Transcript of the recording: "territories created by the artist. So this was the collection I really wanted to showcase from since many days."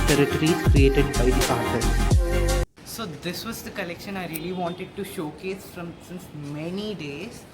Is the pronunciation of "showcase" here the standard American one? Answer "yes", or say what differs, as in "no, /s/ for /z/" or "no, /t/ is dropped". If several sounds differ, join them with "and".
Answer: yes